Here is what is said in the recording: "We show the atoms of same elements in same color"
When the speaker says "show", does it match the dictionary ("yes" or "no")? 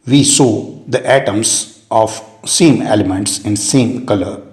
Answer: no